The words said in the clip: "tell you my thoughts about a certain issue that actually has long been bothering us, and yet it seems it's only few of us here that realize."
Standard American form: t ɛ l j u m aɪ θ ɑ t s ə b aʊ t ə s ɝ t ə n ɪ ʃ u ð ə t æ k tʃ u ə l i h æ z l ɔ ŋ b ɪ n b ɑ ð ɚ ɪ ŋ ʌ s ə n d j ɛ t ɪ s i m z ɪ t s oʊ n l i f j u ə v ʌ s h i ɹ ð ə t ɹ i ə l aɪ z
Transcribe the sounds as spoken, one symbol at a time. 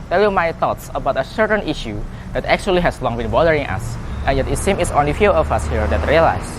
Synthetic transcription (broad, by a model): t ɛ l j u m aɪ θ ɑ t s ə b aʊ t ə s ɝ t ə n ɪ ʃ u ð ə t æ k tʃ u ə l i h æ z l ɔ ŋ b ɪ n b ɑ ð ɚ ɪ ŋ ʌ s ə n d j ɛ t ɪ s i m ɪ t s oʊ n l i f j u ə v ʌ s h i ɹ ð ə t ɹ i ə l aɪ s